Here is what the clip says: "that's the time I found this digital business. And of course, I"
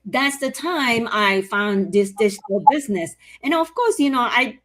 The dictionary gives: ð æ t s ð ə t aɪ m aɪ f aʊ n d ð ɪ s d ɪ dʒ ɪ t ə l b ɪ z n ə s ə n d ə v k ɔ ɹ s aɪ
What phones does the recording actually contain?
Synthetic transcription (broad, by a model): ð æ t s ð ə t aɪ m aɪ f aʊ n ð ɪ s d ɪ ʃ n l b ɪ z n ə s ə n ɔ ə v k ɔ ɹ s aɪ